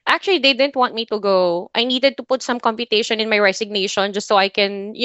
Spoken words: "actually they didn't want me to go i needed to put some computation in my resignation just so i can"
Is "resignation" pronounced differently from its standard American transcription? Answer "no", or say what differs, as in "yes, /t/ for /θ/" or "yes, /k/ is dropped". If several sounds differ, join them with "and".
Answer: yes, /s/ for /z/